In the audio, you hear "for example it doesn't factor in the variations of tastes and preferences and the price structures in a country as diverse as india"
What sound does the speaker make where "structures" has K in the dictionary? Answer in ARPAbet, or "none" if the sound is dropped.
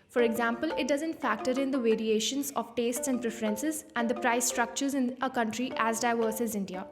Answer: K